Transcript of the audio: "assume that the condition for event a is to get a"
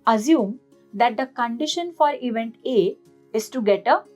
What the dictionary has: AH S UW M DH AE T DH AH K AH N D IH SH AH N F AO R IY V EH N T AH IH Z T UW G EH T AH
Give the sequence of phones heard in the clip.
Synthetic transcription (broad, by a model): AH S UW M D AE T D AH K AH N D IH SH AH N F AO R IY V EH N T AH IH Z T UW G EH T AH